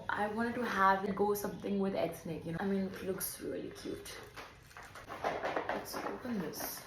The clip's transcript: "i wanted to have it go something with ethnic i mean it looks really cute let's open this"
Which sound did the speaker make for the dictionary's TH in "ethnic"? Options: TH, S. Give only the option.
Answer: S